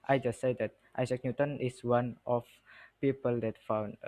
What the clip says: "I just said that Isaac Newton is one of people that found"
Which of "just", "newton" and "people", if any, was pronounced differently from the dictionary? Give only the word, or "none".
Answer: none